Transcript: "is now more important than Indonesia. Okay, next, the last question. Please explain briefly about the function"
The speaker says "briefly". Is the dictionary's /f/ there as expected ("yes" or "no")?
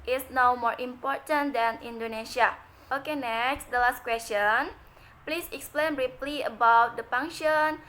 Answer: no